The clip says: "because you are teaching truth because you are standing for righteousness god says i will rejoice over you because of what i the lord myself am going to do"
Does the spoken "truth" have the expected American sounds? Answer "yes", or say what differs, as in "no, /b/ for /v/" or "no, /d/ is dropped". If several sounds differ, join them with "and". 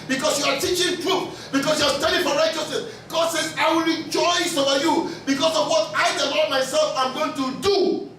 no, /f/ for /θ/